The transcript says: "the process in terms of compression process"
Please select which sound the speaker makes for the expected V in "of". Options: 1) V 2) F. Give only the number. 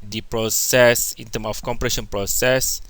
2